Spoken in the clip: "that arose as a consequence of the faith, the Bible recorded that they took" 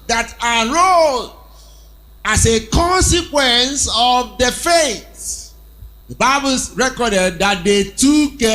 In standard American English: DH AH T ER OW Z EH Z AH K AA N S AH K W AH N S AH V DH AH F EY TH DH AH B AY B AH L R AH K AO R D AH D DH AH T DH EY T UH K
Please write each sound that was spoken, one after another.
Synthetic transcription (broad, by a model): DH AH T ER OW AA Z AH K AA N S AH K W AH N S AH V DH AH F EY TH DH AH B AY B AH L R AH K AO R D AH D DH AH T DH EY T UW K